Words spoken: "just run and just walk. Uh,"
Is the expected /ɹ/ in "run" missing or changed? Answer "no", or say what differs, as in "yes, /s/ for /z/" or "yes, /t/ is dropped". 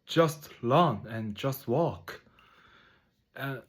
yes, /l/ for /ɹ/